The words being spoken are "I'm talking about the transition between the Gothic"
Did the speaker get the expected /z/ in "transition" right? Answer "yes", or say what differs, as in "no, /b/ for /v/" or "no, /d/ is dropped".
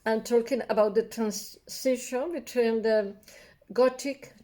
no, /s/ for /z/